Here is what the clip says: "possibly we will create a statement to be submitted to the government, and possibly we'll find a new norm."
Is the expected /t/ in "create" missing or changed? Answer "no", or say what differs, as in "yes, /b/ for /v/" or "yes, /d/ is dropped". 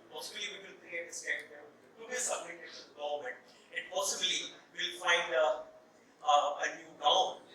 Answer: yes, /t/ is dropped